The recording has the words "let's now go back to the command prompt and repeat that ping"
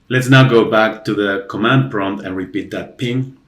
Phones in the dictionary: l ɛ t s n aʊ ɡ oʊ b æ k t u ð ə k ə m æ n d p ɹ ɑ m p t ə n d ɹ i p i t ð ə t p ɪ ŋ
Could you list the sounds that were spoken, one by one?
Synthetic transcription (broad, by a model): l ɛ t s n aʊ ɡ oʊ b æ k t u ð ə k ə m æ n d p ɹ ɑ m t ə n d ɹ i p i t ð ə t p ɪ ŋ